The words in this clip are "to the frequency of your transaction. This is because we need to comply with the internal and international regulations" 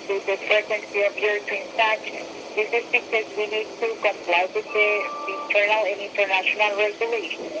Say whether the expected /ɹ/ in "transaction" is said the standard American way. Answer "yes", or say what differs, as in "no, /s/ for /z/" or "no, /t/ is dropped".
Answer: no, /ɹ/ is dropped